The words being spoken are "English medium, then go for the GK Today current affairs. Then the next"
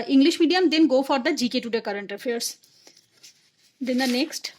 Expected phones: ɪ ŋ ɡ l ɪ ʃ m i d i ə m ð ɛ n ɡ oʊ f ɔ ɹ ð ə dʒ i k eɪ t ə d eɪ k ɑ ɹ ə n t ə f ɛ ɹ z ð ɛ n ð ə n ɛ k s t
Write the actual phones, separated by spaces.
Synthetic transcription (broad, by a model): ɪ ŋ ɡ l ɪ ʃ m i d i ə m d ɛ n ɡ oʊ f ɔ ɹ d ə dʒ i k eɪ t ə d eɪ k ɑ ɹ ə n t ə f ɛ ɹ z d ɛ n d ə n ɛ k s t